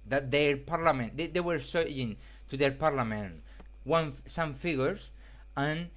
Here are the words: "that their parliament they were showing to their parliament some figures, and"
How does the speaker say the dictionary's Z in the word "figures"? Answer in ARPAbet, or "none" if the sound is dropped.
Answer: S